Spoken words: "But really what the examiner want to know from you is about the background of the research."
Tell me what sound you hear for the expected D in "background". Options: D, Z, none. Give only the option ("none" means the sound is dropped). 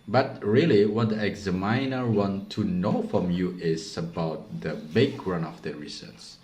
none